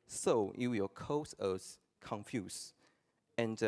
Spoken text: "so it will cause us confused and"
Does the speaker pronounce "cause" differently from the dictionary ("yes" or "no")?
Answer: yes